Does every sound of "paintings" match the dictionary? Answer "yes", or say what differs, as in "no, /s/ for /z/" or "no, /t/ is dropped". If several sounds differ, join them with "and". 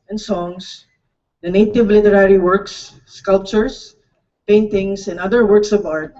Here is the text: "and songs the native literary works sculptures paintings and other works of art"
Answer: no, /s/ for /z/